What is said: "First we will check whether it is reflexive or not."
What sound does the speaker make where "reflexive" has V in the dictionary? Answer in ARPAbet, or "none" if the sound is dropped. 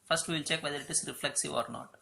V